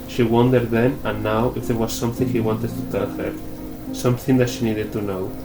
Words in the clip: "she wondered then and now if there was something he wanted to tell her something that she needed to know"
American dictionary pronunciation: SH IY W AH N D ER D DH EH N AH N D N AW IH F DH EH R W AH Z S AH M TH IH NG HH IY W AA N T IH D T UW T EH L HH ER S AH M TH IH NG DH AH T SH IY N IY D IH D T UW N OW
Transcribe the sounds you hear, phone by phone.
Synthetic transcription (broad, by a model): SH IY W AH N D ER D DH EH N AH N N AW IH F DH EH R W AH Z S AH M TH IH NG HH IY W AA N T IH D T UW T EH L HH ER S AH M TH IH NG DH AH T SH IY N IY D IH D T UW N OW